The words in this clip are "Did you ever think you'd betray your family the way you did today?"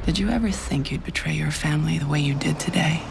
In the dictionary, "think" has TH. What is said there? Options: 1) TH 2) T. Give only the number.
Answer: 1